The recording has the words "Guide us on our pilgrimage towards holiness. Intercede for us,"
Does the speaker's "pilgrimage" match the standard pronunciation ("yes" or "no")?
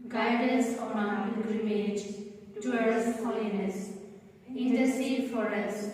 no